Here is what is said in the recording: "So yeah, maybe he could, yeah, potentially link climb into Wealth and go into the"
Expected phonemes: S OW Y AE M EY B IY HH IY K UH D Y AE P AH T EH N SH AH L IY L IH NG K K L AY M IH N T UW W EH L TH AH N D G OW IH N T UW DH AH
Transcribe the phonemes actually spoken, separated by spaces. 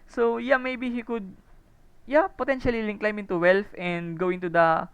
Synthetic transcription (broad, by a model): S OW Y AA M EY B IY HH IY K UH D Y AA P AH T EH N SH AH L IY L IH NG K K L AY M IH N T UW W EH L F AH N D G OW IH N T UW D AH